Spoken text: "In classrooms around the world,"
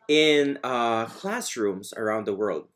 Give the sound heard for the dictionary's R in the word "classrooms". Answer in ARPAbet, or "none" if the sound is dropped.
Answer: R